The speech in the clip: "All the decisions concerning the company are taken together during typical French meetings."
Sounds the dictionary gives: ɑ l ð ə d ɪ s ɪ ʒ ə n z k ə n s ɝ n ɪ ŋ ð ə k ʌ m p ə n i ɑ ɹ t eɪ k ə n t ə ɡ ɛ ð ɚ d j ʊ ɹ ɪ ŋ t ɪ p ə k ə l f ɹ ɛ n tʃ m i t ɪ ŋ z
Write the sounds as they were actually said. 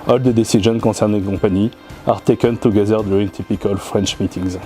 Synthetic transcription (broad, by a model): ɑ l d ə d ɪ s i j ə n k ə s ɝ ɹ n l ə k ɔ p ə n i ɑ ɹ t eɪ k ə n t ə ɡ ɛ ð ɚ d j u ɹ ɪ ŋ t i p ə k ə l f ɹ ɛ n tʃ m i t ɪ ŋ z